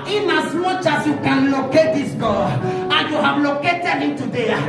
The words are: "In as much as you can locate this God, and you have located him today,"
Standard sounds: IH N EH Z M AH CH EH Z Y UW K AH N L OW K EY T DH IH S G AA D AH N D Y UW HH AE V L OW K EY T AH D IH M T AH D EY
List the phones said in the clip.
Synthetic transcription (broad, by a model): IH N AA S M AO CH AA S Y UW K AH N L OW K EY T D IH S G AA AH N Y UW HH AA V L OW K EY T AH D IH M T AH D EY